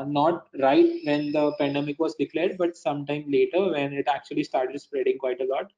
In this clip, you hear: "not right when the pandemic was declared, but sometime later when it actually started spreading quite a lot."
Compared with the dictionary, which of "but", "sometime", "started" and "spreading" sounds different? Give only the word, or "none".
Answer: none